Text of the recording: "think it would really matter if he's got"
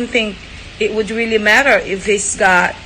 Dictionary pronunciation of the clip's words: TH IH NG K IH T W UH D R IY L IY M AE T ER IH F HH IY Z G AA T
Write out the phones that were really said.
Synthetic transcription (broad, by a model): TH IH NG K IH T W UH D R IY L IY M AE T ER IH F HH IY S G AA T